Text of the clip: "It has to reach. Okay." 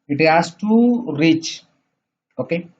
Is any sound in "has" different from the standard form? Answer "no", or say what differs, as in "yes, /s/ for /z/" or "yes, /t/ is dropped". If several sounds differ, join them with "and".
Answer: yes, /s/ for /z/